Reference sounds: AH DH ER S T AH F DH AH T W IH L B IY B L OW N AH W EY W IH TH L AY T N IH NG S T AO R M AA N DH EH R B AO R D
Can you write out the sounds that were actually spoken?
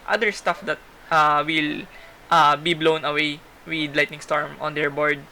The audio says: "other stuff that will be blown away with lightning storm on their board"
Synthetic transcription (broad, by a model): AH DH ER S T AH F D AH T W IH L B IY B L OW N AH W EY W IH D L AY T N IH NG S T AO R M AA N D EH R B AO R D